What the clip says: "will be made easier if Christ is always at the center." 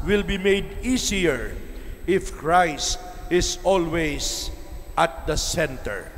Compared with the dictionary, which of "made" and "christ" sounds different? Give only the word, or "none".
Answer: none